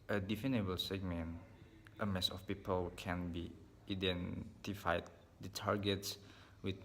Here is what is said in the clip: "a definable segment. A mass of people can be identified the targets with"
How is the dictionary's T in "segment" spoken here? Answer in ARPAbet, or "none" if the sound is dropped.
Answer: T